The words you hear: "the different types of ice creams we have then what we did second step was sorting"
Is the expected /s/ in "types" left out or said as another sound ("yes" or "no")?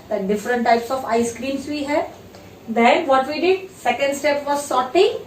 no